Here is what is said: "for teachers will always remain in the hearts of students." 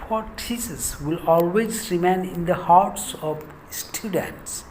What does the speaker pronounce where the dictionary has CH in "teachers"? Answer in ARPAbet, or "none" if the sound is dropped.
S